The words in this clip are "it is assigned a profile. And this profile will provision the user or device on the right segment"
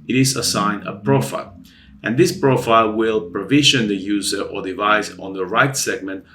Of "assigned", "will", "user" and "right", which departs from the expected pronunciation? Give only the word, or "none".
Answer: assigned